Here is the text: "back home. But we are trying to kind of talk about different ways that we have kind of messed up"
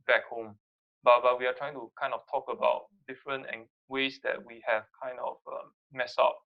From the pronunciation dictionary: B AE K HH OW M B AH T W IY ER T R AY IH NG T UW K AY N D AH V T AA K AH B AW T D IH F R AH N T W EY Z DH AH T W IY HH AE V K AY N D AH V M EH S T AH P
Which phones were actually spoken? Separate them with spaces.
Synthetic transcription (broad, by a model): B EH K HH OW M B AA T W IY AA T R AY IH NG T UW K AY N D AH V T AA K AH B AW T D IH F R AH N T W EY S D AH T W IY HH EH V K AY N D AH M M EH S AH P